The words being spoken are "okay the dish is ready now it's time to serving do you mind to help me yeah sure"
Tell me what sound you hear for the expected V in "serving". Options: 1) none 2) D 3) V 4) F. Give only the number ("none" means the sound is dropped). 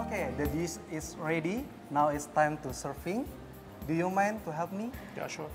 4